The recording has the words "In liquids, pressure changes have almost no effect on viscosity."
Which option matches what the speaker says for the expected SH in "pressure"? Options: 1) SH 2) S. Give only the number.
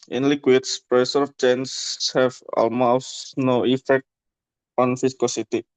2